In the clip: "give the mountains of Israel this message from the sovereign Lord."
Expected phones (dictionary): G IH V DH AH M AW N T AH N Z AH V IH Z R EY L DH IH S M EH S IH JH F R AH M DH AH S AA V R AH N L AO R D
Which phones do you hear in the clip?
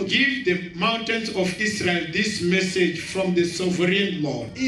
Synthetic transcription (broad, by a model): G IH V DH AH M AW N T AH N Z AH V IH S R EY L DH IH S M EH S IH JH F R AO M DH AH S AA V R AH N L AO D